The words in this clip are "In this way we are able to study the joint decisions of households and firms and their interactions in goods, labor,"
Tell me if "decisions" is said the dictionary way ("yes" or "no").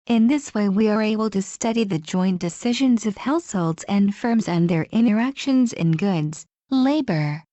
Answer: yes